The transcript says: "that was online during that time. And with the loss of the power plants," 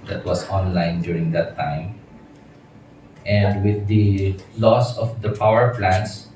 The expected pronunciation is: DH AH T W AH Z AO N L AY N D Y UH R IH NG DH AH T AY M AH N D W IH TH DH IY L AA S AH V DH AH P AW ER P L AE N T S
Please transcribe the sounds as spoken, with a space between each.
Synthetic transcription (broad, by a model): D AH T W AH S AO N L AY N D Y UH R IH NG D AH T AY M AH N D W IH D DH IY L AA S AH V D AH P AW ER P L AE N S